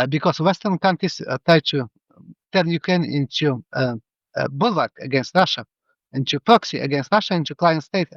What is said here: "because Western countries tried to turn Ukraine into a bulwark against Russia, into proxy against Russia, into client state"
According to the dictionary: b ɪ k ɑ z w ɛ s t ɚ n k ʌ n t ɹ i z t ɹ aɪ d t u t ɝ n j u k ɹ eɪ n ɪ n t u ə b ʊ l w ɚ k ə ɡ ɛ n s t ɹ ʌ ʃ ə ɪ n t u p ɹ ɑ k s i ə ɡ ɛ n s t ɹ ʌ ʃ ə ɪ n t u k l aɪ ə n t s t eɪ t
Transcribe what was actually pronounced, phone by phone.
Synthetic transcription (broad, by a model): b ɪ k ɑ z w ɛ s t ɚ n k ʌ n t ɹ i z t ɹ aɪ d t u t ɝ n j u k ɹ eɪ n ɪ n t u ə b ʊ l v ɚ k ə ɡ ɛ n s t ɹ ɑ ʃ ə ɪ n t u p ɹ ɑ k s i ə ɡ ɛ n s t ɹ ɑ ʃ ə ɪ n t u k l aɪ ə n t s t eɪ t